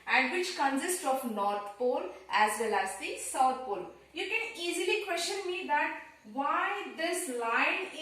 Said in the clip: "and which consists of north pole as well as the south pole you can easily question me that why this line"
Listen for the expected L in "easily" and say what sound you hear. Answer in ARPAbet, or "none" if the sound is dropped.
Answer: L